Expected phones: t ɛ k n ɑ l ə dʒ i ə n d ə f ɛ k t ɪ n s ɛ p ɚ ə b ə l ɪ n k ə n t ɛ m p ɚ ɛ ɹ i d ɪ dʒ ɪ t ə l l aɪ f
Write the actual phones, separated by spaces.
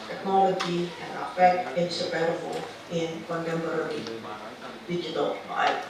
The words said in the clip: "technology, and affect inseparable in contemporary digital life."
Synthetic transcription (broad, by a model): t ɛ k n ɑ l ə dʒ i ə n ə f ɛ k t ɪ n s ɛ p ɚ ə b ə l ɪ n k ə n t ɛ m b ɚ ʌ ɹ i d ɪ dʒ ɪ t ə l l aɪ